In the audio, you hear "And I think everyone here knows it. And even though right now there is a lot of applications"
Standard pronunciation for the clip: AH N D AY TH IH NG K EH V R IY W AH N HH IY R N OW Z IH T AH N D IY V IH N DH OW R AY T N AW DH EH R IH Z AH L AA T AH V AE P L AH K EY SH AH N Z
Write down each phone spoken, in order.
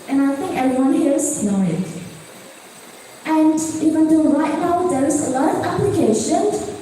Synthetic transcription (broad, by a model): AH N AY TH IH NG K EH V R IY W AH N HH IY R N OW IH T AH N D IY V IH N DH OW R AY T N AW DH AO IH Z AH L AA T AH V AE P L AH K EY SH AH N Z